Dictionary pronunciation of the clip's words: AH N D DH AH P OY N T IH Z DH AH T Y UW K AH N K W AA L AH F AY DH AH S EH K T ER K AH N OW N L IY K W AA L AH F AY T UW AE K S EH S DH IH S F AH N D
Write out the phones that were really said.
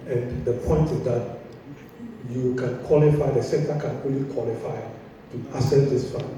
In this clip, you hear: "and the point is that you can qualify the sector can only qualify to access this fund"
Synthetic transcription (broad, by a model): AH N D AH P OY N T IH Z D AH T Y UW K AH N K W AA L AH F AY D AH S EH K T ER K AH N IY L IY K W AA L AH F AY T UW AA S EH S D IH S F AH